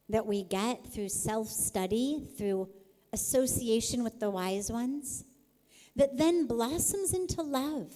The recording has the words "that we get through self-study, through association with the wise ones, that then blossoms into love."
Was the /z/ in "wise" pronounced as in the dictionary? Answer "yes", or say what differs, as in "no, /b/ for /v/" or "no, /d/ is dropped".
yes